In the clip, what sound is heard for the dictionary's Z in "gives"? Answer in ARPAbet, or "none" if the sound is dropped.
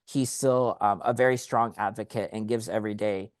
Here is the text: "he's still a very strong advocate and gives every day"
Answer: Z